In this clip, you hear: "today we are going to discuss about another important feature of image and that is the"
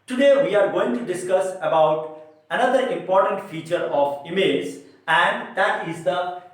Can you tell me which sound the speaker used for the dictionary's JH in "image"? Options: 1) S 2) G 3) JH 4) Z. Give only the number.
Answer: 4